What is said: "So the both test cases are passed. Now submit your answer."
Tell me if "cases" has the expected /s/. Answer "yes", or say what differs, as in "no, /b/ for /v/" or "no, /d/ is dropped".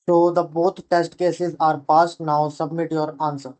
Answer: yes